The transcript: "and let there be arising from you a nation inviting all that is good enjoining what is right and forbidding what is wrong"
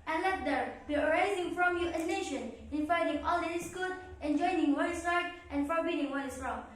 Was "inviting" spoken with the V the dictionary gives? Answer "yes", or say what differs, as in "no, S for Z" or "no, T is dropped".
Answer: no, F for V